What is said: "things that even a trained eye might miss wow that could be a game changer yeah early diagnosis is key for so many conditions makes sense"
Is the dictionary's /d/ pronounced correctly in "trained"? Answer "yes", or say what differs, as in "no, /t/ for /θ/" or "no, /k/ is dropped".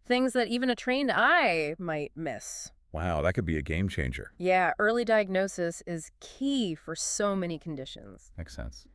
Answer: yes